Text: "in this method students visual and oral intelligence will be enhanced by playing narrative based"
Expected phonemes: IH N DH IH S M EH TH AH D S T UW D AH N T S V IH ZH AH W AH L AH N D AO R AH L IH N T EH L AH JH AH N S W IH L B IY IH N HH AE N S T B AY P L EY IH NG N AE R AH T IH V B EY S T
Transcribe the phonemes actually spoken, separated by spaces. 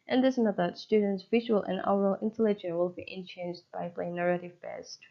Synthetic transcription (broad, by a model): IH N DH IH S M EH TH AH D S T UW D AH N T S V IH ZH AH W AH L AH N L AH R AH L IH N T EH L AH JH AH N W IH L B IY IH N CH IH N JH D B AY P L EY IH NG N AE R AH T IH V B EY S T